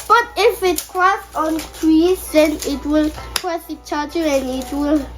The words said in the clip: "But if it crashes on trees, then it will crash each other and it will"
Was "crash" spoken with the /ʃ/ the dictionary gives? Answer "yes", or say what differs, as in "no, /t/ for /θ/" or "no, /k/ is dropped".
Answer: no, /s/ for /ʃ/